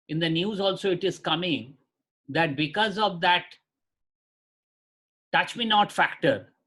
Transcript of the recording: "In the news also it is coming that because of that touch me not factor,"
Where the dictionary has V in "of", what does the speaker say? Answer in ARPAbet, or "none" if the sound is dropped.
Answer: V